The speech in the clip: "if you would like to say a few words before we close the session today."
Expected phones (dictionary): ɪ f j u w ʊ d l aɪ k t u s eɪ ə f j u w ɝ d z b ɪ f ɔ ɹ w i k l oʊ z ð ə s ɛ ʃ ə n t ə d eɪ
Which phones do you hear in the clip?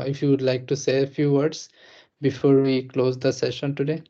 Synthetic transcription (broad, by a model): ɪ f j u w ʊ d l aɪ k t u s eɪ ə f j u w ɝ d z b ɪ f ɔ ɹ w i k l oʊ z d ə s ɛ ʃ ə n t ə d eɪ